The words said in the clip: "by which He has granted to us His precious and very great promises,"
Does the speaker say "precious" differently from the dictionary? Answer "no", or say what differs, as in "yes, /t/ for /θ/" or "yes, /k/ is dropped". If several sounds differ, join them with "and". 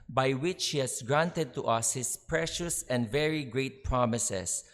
no